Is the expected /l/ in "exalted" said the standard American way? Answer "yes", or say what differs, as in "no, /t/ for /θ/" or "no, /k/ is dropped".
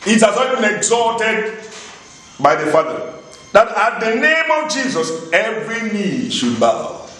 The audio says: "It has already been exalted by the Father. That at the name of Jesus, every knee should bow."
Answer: no, /l/ is dropped